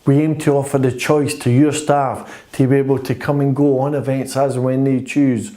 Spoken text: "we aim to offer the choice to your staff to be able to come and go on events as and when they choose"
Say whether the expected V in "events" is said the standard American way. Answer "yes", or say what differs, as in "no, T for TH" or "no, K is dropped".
yes